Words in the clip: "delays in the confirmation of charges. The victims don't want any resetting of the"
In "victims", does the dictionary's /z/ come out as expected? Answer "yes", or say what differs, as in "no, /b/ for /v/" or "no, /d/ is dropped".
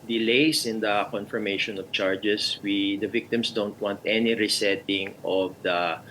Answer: no, /s/ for /z/